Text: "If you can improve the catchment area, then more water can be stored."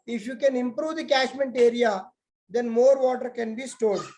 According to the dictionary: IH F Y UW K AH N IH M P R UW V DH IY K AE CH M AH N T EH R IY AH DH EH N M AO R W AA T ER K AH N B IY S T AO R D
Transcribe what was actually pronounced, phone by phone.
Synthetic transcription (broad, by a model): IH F Y UW K AH N IH M P R UW V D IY K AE SH M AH N T EH R IY AH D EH N M AO R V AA T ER K AH N B IY S T AO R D